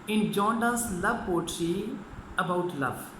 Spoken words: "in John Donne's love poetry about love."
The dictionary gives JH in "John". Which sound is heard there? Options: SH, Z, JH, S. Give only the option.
JH